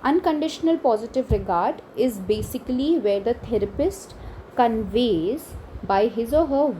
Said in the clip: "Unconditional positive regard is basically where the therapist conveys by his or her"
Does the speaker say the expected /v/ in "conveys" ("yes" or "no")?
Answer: yes